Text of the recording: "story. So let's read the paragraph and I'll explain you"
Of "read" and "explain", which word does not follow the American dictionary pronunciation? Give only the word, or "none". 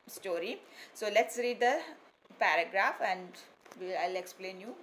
none